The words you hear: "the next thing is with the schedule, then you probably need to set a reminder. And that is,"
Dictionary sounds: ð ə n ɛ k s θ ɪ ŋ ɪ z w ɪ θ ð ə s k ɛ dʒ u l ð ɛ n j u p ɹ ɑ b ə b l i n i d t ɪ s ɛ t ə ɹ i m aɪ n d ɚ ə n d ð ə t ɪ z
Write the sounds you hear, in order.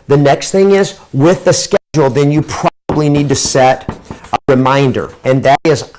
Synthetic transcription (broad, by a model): ð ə n ɛ k s θ ɪ ŋ ɪ z w ɪ ð ə s k ɛ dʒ l ð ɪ n j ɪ p ɹ ɑ b ə b l i n i d t ɪ s ɛ t ə ɹ i m aɪ n d ɚ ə n ð ə t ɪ z